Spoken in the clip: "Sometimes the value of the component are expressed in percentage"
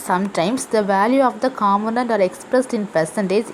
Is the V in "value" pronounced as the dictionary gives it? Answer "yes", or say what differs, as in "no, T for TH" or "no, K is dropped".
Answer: yes